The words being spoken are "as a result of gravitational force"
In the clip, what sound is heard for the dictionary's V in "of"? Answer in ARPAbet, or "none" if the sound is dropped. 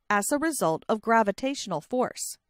V